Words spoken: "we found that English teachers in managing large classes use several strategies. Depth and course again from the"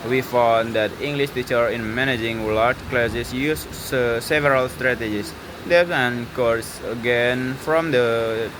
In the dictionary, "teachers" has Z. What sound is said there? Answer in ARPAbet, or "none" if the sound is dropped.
none